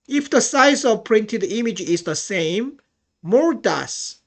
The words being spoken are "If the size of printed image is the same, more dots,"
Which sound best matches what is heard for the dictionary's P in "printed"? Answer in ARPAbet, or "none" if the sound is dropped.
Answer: P